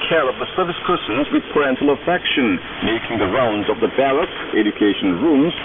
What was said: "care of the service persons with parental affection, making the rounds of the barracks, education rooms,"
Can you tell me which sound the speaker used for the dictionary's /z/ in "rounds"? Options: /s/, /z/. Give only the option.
/z/